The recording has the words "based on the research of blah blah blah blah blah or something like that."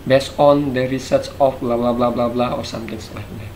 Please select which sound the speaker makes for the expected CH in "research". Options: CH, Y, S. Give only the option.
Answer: S